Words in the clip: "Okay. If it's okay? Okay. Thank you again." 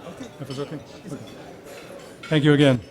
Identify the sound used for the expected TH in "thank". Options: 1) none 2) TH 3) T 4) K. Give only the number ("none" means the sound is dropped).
2